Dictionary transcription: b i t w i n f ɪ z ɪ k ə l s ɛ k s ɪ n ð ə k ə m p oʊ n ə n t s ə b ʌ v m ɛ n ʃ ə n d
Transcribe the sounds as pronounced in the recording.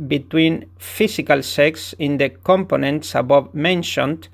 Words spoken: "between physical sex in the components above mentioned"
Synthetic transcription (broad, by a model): b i t w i n f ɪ s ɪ k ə l s ɛ k s ɪ n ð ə k ə m p oʊ n ə n t s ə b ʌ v m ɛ n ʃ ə n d